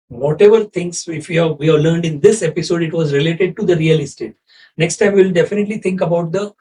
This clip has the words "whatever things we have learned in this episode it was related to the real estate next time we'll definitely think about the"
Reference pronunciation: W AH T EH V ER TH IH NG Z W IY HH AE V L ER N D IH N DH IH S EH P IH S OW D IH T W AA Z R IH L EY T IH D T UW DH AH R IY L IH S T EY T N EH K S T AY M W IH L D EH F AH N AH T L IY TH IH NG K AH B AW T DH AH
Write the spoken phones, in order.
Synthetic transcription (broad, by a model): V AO T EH V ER T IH NG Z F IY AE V L ER N D IH N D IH S EH P IH S OW D IH T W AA Z R IH L EY T IH D T UW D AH R IY L IH S T EY T N EH K S T AY M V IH L D EH F AH N AH T L IY T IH NG K AH B AW T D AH